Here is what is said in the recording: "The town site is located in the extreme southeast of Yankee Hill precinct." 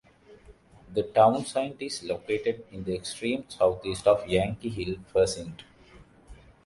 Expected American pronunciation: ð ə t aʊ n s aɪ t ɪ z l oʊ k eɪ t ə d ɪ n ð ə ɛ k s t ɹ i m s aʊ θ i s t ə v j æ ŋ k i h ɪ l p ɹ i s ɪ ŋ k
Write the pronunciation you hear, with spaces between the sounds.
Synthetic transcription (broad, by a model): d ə t aʊ n s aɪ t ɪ s l oʊ k eɪ t ə d ɪ n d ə ɛ k s t ɹ i m s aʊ t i s t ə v j æ ŋ k i h ɪ l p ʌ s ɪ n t